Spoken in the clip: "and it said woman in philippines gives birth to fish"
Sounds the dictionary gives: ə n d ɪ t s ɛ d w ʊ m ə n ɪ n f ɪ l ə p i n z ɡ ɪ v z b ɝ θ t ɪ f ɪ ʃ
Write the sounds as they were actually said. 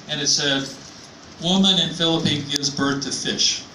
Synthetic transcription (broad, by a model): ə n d ɪ t s ɛ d w ʊ m ə n ɪ n f ɪ l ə p i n ɡ ɪ v z b ɝ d t ɪ f ɪ ʃ